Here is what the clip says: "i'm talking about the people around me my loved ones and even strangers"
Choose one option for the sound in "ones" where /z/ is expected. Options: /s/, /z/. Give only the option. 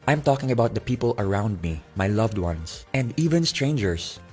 /s/